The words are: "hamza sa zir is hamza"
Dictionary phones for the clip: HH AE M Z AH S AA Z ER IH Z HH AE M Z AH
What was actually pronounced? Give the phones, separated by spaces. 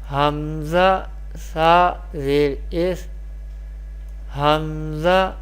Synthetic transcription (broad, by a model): HH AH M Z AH S AA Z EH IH S HH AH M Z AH